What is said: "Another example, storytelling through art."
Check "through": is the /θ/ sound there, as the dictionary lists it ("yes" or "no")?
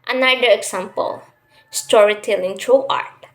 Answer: no